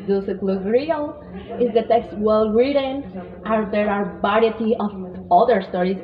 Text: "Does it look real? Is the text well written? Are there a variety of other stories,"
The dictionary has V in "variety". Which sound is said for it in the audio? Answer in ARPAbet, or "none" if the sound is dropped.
B